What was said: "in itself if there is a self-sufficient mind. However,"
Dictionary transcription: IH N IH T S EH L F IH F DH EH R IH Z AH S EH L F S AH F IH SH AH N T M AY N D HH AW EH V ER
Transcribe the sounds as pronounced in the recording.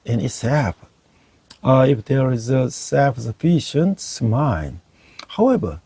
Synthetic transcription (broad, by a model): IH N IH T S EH F IH F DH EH R IH Z AH S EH F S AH F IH SH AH N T M AY N HH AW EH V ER